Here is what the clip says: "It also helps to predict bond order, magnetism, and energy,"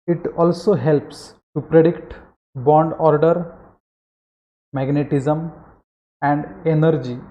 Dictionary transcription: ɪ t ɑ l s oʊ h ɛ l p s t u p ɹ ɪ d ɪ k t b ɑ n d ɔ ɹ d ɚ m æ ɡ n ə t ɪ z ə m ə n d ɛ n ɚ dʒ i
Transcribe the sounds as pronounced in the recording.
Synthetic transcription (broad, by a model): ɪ t ɑ l s oʊ h ɛ l p s t u p ɹ ɪ d ɪ k t b ɑ n d ɔ ɹ d ɚ m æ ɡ n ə t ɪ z ə m ə n d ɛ n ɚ dʒ i